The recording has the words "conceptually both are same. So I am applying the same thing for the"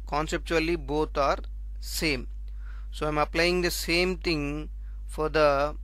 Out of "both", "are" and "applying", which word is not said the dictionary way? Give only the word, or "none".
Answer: both